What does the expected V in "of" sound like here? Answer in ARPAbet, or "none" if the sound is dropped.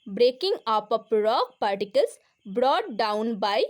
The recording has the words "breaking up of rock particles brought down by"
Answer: P